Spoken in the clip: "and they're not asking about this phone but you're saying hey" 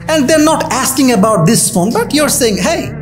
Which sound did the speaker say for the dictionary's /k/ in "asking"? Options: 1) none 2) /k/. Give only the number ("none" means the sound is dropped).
2